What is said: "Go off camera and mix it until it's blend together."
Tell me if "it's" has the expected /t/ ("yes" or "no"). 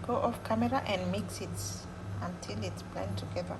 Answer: yes